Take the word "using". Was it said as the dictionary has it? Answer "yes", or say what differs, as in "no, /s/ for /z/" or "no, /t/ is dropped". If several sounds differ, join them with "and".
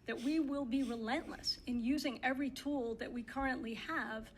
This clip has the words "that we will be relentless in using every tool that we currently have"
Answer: yes